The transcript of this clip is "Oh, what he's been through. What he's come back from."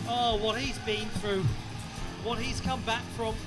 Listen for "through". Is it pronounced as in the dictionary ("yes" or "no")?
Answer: yes